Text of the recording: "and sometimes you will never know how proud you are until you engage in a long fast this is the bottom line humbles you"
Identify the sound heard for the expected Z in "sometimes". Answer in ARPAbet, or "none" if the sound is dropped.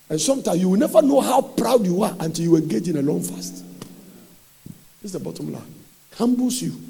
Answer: none